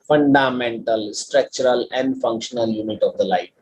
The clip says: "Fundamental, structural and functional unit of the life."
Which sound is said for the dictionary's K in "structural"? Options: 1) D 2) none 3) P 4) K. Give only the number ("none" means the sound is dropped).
4